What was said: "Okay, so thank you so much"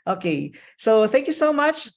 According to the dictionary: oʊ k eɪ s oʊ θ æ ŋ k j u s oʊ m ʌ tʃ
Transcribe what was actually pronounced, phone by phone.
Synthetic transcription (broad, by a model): oʊ k eɪ s oʊ θ æ ŋ k j u s oʊ m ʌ tʃ